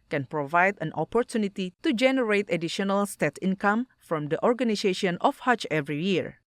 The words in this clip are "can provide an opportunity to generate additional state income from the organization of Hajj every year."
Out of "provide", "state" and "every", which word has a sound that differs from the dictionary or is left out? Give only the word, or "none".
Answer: none